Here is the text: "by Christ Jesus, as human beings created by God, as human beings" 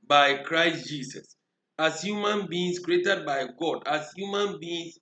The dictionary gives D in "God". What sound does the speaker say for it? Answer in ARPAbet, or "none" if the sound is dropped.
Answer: D